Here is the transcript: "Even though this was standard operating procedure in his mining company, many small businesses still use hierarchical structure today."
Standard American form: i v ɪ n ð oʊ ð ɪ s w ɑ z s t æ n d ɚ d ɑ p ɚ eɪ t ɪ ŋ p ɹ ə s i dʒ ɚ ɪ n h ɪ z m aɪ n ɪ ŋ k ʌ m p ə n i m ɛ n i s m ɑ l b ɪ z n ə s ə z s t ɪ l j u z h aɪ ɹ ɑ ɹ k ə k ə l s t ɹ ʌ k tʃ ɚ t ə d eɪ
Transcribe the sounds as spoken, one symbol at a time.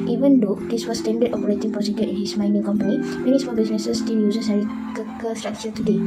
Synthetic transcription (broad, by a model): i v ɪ n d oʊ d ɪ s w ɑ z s t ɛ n d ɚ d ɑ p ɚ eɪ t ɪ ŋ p ə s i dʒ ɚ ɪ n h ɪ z m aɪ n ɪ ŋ k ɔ m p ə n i m ɛ n i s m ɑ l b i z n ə s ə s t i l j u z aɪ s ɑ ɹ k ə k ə s t ɹ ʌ k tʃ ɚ t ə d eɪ